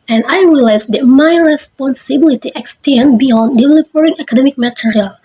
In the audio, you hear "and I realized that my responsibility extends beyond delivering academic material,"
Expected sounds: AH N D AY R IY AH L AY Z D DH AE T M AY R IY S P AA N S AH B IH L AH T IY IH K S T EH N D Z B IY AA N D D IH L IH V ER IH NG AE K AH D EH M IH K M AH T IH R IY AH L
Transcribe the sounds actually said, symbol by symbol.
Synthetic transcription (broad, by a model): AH N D AY R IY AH L AY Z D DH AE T M AY R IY S P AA N S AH B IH L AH T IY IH K S T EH N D B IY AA N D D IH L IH F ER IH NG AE K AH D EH M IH K M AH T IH R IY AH L